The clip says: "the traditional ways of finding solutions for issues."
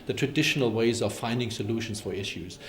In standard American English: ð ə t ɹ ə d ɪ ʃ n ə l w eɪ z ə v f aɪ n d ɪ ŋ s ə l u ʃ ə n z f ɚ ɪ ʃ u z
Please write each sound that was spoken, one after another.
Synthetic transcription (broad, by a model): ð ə t ɹ ə d ɪ ʃ n ə l w eɪ z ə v f aɪ n d ɪ ŋ s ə l u ʃ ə n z f ɚ ɪ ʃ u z